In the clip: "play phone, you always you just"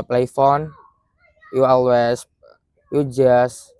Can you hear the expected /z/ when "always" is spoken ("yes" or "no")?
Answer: no